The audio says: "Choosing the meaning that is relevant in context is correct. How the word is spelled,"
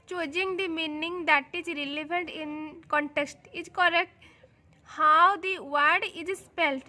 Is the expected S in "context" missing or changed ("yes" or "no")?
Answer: no